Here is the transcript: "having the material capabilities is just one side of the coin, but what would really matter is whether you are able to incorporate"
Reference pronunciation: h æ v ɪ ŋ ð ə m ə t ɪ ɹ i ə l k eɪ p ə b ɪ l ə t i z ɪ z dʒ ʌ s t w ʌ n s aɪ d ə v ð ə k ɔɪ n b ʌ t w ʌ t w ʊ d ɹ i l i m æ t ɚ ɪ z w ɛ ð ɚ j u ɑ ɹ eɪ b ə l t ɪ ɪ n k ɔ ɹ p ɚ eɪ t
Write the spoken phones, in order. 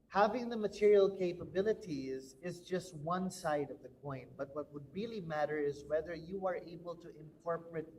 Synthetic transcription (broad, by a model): h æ v ɪ ŋ ð ə m ə t ɪ ɹ i ə l k eɪ p ə b ɪ l ə t i z ɪ z dʒ ʌ s t w ʌ n s aɪ d ə v ð ə k ɔɪ n b ʌ t w ʌ t w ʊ d ɹ i l i m æ t ɚ ɪ z w ɛ ð ɚ j u ɑ ɹ eɪ b ə l t ɪ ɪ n k ɔ ɹ p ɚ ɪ t